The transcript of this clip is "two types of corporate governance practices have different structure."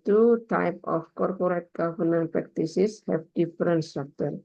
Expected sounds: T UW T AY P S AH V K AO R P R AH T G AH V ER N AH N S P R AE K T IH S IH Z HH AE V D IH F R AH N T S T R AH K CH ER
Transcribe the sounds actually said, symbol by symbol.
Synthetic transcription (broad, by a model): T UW T AY P AH F K AO R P R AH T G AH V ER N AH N P R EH K T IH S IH S HH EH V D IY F R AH N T S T R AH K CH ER